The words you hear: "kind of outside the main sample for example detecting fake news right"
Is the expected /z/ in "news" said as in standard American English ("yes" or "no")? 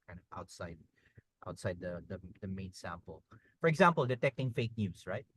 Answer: no